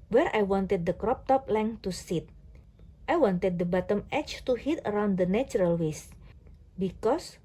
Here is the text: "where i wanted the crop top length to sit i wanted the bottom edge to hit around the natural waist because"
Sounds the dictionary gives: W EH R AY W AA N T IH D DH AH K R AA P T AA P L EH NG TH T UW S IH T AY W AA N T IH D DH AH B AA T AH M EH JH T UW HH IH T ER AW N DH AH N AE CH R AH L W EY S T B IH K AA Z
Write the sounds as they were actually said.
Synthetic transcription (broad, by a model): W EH R AY W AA N T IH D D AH K R AA P T AA P L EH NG T UW S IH T AY W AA N T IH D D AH B AA T AH M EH CH T UW HH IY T ER AW N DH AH N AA CH R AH L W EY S B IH K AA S